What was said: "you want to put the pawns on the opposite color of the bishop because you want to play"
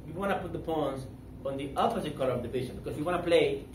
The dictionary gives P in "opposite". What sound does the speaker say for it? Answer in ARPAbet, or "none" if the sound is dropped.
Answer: F